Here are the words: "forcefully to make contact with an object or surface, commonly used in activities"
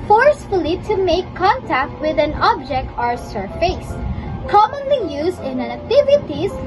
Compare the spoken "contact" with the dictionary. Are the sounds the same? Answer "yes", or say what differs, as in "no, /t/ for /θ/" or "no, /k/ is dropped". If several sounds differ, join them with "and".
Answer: yes